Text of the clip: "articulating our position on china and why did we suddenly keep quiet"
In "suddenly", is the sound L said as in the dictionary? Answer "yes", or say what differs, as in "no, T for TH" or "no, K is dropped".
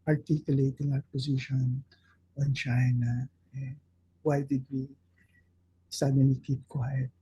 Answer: no, L is dropped